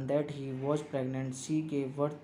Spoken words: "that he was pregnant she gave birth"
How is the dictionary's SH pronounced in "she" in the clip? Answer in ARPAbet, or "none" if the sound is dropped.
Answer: S